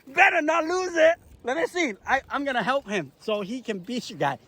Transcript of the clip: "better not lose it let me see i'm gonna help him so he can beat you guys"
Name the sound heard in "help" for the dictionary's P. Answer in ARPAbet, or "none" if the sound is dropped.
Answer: P